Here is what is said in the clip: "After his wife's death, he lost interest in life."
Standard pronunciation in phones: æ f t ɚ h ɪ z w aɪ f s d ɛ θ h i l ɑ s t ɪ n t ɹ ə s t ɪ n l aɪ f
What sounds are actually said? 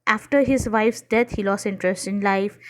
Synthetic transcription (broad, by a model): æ f t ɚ h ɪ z w aɪ f s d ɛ t h i l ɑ s ɪ n t ɹ ə s t ɪ n l aɪ f